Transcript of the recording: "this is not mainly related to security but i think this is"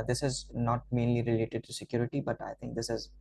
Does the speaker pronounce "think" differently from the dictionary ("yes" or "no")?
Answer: yes